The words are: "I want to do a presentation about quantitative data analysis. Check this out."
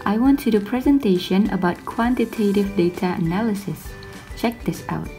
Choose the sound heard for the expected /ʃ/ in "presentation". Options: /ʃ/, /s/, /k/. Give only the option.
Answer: /ʃ/